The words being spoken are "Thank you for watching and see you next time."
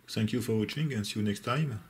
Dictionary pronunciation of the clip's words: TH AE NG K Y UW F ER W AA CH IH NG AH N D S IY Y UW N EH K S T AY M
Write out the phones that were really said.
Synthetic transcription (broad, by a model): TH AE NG K Y UW F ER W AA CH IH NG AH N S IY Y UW N EH K S T AY M